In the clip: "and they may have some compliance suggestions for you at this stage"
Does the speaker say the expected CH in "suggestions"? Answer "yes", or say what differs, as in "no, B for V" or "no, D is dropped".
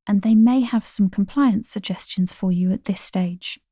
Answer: yes